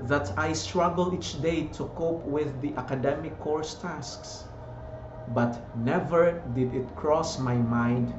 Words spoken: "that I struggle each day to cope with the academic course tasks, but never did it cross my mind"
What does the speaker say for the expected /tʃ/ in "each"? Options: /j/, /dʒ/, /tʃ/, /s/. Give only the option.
/tʃ/